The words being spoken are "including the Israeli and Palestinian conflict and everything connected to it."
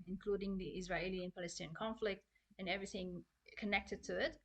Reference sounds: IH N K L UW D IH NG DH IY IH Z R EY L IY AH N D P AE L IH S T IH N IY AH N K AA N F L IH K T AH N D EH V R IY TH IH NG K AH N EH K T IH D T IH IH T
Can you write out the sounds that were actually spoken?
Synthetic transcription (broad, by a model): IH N K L UW D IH NG DH IY IH Z R EY L IY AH N P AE L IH S T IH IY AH N K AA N F L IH K T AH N EH V R IY TH IH NG K AH N EH K T IH D T IH IH T